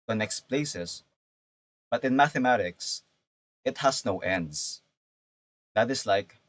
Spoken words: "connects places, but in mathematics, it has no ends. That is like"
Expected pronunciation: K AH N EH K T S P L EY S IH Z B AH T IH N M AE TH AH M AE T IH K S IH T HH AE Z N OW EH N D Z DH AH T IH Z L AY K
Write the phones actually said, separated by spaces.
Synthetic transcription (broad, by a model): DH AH N EH K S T P L EY S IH S B AH T IH N M AE TH AH M AE T IH K S IH T HH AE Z N OW EH N D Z DH AH T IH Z L AY K